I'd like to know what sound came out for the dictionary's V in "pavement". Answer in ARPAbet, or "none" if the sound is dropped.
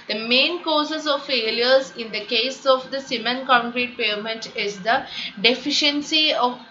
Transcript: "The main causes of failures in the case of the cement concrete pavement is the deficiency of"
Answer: none